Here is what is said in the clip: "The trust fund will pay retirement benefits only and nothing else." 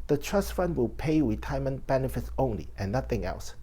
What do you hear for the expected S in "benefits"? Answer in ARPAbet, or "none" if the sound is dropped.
S